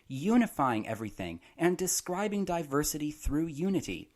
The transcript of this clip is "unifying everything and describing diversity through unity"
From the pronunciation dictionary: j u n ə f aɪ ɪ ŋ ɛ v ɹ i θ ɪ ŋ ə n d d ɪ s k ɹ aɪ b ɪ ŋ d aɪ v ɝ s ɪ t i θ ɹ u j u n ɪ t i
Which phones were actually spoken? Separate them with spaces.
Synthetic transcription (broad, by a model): j u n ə f aɪ ɪ ŋ ɛ v ɹ i θ ɪ ŋ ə n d d ɪ s k ɹ aɪ b ɪ ŋ d aɪ v ɝ s ɪ t i θ ɹ u j u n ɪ t i